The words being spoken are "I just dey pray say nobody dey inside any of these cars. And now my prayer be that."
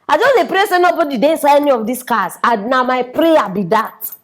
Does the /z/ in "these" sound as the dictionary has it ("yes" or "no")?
no